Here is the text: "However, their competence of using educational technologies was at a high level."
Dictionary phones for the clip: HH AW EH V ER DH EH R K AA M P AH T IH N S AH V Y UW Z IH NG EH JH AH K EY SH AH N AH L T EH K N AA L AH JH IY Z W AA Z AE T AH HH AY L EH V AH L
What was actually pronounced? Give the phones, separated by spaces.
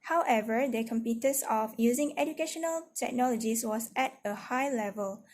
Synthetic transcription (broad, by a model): HH AW EH V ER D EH K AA M P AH T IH S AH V Y UW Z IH NG EH JH AH K EY SH AH N AH L T EH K N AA L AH JH IY S W AA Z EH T AH HH AY L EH V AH L